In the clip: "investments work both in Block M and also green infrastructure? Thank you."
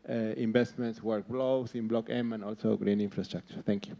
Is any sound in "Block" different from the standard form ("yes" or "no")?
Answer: no